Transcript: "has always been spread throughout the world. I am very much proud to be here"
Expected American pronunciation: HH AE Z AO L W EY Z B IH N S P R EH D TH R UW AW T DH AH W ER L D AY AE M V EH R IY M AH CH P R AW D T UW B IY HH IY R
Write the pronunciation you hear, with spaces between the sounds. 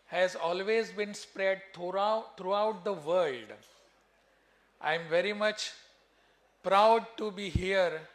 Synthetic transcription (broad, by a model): HH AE Z AO L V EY Z B IH N S P R EH D T R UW AW T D AH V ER L D AY M V EH R IY M AH CH P R AW D T UW B IY HH IY R